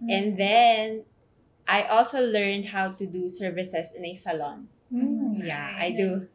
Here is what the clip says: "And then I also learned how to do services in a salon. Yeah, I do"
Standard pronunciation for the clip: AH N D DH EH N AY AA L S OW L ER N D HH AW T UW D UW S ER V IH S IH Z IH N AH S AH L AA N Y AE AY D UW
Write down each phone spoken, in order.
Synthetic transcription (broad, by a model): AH N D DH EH N AY AA L S OW L ER N D HH AW T UW D UW S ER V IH S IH S IH N AH S AH L AA N Y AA AY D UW